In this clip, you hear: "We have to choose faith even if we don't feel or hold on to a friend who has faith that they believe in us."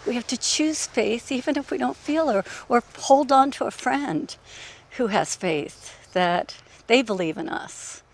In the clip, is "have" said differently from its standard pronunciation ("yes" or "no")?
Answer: yes